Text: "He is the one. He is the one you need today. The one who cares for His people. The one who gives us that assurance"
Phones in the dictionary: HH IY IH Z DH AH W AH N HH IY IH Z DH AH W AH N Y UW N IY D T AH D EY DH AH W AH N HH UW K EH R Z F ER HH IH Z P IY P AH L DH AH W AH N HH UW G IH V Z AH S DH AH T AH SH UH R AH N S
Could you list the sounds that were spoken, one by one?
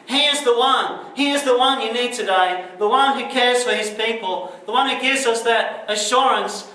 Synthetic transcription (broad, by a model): HH IY IH Z DH AH W AH N HH IY IH Z DH AH W AH N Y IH N IY D T AH D EY DH AH W AH N HH UW K EH R Z F ER IH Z P IY P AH L DH AH W AH N HH UW G IH V Z AH S DH AH T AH SH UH R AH N S